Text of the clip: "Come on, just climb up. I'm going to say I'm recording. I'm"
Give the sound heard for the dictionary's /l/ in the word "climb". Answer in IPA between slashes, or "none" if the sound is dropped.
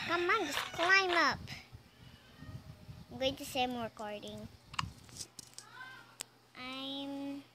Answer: /l/